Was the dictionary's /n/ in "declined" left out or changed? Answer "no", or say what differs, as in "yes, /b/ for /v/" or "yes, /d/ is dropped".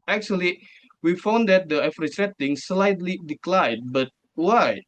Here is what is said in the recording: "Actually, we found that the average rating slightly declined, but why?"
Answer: yes, /n/ is dropped